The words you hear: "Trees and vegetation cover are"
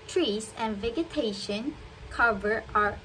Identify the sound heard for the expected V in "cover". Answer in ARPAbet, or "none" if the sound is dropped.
V